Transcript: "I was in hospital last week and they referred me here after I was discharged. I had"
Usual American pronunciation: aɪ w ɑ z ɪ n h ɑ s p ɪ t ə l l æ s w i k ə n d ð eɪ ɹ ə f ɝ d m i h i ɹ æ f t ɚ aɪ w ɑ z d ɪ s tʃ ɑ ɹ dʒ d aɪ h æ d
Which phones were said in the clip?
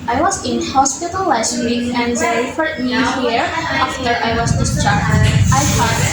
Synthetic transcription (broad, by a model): aɪ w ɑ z ɪ n h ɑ s p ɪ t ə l l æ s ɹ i ə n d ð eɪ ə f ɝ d m i h i ɹ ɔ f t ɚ aɪ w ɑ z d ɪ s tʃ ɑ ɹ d aɪ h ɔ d